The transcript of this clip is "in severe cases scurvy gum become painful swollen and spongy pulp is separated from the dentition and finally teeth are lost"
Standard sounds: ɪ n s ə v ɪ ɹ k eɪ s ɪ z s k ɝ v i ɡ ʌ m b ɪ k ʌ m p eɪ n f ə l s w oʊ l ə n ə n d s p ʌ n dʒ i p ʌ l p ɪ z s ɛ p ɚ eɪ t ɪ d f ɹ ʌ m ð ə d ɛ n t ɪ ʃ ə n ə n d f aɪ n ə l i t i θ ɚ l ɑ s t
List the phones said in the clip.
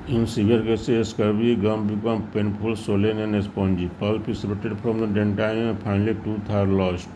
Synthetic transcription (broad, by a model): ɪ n s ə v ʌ ɹ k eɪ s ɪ s k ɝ b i ɡ ʌ m b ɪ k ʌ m p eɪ n p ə l s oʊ l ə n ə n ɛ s p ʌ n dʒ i p ʌ l p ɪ s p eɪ t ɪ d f ɹ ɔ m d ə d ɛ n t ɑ ə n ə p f aɪ n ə l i t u t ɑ l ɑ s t